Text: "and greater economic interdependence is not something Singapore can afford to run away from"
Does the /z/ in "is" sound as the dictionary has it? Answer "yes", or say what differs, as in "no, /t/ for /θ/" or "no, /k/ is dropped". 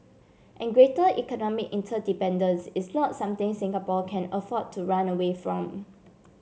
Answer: no, /s/ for /z/